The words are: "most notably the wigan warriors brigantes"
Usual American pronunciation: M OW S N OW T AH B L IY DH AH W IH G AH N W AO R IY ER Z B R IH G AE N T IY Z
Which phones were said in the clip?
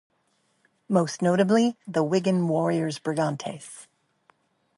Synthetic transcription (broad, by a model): M OW S N OW T AH B L IY DH AH W IH G AH N W AO R IY ER Z B R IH G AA N T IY S